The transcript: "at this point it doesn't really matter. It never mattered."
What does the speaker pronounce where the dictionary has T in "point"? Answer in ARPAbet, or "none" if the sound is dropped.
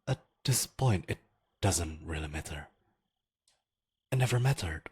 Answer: T